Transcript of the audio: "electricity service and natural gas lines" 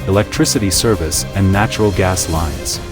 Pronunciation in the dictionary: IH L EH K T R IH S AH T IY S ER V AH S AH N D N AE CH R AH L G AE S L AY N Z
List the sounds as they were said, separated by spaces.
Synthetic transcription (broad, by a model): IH L EH K T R IH S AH T IY S ER V AH S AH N N AE CH R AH L G AE S L AY N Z